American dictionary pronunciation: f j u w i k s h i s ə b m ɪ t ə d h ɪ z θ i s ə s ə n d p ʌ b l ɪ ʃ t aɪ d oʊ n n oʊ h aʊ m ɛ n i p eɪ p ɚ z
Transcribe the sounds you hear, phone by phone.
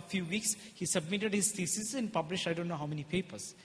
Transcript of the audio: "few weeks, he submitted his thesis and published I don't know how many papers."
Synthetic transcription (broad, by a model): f j u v i k s h i s ə b m ɪ t ə d h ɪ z t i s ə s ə n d p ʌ b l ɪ ʃ aɪ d oʊ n n oʊ h aʊ m ɛ n i p eɪ p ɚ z